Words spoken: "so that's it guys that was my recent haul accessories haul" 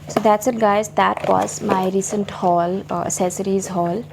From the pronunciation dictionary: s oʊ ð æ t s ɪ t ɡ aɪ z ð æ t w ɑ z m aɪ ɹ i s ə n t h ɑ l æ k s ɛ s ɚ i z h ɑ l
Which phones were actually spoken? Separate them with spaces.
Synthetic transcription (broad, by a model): s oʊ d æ t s ɪ t ɡ aɪ z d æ t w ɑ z m aɪ ɹ i s ə n t h ɑ l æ s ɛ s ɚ i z h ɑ l